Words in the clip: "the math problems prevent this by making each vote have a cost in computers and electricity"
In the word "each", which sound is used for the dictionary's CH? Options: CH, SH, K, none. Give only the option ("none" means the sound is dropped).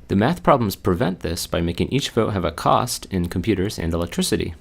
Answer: CH